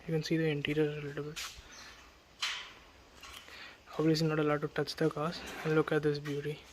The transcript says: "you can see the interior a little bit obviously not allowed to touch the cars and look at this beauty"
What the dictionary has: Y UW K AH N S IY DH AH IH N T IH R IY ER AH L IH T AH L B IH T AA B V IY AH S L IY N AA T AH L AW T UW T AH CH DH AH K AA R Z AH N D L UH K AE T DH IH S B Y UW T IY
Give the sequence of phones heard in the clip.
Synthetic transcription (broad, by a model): Y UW K AH N S IY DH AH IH N T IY R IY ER AH L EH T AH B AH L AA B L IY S IY N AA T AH L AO T UW T AH CH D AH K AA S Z AH N D L UH K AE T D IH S B Y UW T IY